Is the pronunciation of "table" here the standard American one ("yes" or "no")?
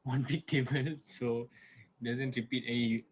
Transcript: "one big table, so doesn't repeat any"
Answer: no